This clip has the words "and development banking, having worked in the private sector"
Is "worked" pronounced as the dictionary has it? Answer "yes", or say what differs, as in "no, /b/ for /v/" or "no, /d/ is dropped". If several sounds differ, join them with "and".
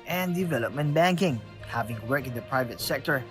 no, /t/ is dropped